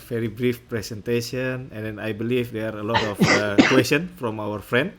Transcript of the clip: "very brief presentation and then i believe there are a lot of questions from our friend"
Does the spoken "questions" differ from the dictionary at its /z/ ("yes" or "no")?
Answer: yes